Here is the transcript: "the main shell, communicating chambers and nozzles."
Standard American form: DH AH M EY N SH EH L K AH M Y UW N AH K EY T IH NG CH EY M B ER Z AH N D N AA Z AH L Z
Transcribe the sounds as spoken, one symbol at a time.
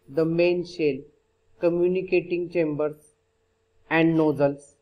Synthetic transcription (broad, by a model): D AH M EY N SH EH L K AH M Y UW N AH K EY T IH NG CH EY M B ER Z AH N D N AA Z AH L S